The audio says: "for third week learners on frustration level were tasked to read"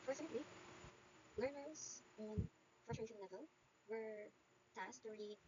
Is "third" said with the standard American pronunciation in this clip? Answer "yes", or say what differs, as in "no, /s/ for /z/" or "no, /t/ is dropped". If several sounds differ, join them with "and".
no, /s/ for /θ/